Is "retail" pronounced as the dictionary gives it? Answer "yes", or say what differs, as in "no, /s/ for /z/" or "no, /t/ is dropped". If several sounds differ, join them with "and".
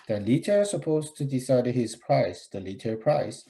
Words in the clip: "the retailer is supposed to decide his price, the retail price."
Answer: no, /l/ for /ɹ/